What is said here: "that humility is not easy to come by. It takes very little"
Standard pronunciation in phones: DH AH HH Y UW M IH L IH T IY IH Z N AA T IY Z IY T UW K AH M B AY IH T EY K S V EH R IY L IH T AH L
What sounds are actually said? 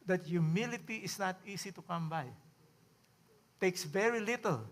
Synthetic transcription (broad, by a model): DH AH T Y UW M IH L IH T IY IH S N AA T IY S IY T UW K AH M B AY T EY K S V EH R IY L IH T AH L